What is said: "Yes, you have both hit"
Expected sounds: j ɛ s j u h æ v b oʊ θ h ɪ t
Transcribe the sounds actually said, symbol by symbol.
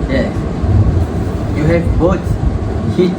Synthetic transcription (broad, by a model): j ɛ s j u h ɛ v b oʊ t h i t